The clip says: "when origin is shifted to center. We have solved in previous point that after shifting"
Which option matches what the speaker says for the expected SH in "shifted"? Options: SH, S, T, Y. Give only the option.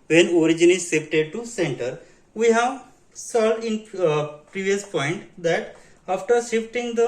S